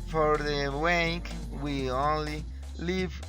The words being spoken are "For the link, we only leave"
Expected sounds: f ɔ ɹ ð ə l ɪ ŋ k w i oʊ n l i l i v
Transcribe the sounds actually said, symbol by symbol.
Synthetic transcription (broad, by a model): f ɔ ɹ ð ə w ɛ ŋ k w i oʊ n l i l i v